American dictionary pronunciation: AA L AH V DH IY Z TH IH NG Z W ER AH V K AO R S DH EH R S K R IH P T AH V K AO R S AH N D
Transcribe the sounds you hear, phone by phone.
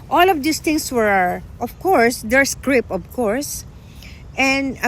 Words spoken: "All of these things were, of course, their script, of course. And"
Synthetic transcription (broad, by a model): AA L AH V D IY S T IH NG S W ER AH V K AO R S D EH R S K R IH P AH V K AO R S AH N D